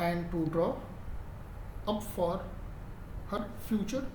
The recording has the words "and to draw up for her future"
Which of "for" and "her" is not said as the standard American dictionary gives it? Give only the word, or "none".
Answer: none